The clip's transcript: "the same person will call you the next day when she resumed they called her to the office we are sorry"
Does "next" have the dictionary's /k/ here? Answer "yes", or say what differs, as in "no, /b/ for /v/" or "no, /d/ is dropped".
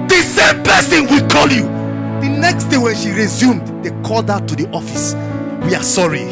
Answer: yes